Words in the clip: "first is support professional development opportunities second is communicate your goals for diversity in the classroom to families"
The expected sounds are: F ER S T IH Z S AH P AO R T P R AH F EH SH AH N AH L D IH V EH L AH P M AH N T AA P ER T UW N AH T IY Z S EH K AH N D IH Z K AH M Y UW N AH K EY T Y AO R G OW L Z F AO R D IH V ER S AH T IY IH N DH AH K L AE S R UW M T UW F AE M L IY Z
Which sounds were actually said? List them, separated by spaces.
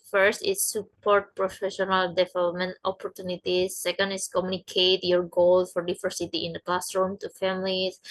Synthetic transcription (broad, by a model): F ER S T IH S AH P AO R T P R AH F EH SH AH N AH L D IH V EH L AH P M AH N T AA P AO T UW N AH T IY S EH K AH N D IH S K AH M Y UW N AH K EY T Y AO R G OW L F AO R D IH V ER S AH T IY IH N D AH K L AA S R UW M T UW F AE M L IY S